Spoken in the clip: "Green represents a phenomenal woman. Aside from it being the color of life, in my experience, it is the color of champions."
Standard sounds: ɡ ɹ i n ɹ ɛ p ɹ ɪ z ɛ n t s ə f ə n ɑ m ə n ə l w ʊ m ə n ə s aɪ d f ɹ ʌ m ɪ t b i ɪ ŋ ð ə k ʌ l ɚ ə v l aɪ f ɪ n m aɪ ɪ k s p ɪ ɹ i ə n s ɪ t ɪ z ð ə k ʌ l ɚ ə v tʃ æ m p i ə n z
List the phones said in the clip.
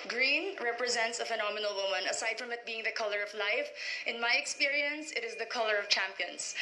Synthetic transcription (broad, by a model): ɡ ɹ i n ɹ ɛ p ɹ ɪ z ɛ n t s ə f ə n ɑ m ə n ə l w ʊ m ə n ə s aɪ d f ɹ ʌ m ɪ t b i ɪ ŋ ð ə k ʌ l ɚ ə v l aɪ f ɪ n m aɪ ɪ k s p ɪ ɹ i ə n s ɪ t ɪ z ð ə k ʌ l ɚ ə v tʃ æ m p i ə n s